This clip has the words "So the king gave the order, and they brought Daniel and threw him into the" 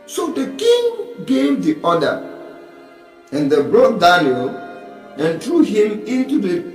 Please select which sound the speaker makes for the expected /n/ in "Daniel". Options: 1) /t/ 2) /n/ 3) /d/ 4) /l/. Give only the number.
4